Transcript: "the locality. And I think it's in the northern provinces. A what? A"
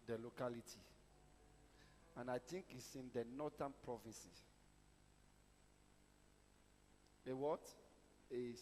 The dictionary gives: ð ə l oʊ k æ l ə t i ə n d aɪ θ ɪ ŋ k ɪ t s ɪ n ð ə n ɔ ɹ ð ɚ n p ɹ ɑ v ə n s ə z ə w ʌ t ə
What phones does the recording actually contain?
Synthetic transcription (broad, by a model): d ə l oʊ k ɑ l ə t i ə n aɪ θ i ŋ k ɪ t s ɪ n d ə n ɔ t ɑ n p ɹ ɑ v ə n s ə ə w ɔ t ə